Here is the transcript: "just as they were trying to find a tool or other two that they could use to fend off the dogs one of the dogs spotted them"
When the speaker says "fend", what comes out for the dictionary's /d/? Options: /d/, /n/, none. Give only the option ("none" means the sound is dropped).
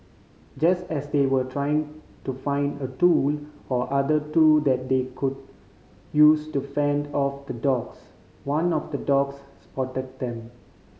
/d/